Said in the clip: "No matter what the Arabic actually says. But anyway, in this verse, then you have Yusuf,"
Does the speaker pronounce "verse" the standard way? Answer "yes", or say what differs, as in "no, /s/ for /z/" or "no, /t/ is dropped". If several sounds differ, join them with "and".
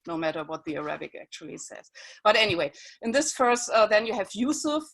no, /f/ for /v/